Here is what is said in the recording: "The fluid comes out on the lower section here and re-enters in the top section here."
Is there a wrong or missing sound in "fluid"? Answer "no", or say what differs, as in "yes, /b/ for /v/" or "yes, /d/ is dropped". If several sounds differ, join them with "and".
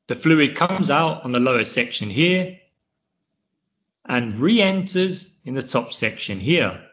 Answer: no